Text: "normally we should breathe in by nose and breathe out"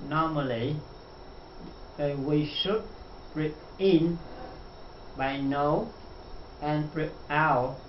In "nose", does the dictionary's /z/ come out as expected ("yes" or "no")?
no